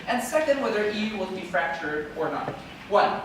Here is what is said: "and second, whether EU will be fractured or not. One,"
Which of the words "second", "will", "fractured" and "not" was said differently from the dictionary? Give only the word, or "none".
none